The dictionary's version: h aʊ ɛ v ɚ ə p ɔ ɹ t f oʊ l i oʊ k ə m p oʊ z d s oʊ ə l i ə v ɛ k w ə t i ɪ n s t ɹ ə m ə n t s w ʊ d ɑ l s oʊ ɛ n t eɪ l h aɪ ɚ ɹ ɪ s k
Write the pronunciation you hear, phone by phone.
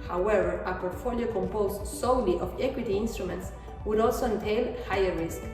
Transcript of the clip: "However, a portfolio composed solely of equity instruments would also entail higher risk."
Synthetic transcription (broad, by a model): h aʊ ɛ v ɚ ə p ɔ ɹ t f oʊ l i oʊ k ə m p oʊ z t s oʊ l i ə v ɛ k w ə t i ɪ n s t ɹ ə m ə n t s w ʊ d ɑ l s oʊ ɛ n t eɪ l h aɪ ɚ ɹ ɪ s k